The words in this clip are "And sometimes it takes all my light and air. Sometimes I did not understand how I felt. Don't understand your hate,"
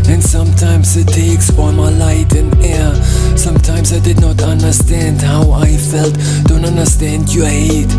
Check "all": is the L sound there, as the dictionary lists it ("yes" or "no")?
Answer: no